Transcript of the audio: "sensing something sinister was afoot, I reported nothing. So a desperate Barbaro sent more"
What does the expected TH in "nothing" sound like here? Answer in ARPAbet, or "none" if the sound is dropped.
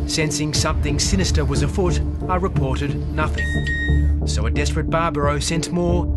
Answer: TH